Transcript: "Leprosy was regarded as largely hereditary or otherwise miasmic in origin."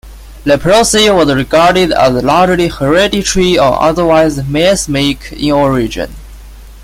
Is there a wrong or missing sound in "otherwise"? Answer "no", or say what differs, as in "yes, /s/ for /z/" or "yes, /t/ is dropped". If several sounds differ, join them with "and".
no